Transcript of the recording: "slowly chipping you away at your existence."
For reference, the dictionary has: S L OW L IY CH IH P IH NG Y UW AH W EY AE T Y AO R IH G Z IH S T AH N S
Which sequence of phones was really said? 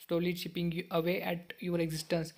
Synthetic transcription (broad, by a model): S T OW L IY SH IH P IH NG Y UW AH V EY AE T Y AO R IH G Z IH S T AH N S